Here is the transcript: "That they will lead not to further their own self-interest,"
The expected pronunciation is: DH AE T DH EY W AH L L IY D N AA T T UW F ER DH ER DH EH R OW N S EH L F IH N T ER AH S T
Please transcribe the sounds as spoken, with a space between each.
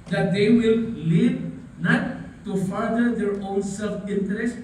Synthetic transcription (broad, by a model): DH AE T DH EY W AH L L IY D N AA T T UW F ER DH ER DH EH R OW N S EH L F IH N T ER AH S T